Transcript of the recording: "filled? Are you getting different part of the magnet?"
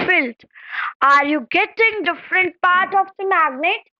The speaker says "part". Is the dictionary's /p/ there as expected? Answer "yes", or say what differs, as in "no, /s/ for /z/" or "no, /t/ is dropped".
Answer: yes